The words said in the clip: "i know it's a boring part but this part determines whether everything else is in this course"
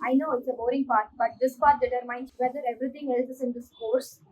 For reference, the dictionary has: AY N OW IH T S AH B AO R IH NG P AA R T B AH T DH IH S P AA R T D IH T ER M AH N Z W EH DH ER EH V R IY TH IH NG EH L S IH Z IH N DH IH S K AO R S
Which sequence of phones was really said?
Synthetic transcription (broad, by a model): AY N OW IH T S AH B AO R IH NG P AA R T B AH T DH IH S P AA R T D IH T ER M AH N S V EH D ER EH V R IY T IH NG EH L S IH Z IH N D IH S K AO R S